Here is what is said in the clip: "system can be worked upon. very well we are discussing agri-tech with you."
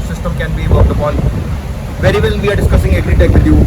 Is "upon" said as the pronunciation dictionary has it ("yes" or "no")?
no